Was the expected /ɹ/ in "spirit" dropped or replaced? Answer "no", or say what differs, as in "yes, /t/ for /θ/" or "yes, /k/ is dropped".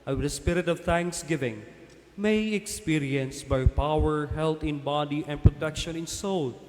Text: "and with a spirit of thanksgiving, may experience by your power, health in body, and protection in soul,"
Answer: no